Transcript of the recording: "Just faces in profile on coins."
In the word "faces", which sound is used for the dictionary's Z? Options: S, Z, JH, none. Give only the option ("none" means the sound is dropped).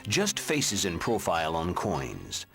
Z